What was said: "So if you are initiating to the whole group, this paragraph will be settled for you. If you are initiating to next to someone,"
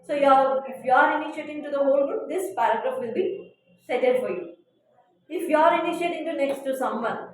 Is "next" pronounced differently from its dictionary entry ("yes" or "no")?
no